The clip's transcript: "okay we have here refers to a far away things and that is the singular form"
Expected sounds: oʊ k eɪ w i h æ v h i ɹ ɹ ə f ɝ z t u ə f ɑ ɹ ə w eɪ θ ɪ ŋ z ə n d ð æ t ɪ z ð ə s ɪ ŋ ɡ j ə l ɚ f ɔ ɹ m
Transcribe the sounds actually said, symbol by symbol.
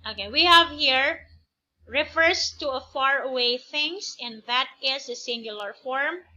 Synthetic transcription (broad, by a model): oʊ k eɪ w i h æ v h i ɹ ɹ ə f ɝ s t u ə f ɑ ɹ ə w eɪ θ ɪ ŋ s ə n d ð æ t ɪ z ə s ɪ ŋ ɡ j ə l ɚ f ɔ ɹ m